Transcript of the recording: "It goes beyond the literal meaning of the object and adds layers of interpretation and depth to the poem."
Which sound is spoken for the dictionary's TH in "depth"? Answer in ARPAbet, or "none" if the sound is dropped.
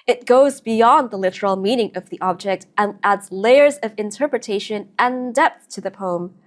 TH